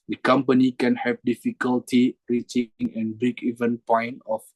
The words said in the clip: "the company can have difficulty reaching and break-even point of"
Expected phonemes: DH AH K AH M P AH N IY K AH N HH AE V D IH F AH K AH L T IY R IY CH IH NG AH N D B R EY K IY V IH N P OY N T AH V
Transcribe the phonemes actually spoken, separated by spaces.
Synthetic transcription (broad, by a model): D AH K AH M P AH N IY K AH N HH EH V D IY F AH K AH L T IY R IY CH IH NG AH N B IY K IY V IH N P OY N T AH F